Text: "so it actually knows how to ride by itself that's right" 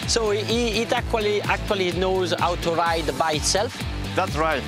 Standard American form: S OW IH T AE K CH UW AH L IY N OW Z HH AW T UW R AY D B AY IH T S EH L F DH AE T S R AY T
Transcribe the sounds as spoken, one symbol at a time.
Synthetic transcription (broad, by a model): S OW IH T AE K CH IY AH L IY N OW Z HH AW T UW R AY D B AY IH T S EH L F DH AE T S R AY T